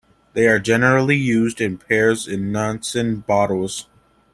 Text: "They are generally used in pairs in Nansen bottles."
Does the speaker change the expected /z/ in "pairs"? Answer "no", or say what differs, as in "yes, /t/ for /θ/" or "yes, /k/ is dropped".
no